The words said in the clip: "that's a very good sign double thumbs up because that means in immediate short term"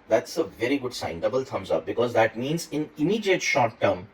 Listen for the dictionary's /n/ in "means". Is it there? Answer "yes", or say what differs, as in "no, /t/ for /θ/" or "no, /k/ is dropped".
yes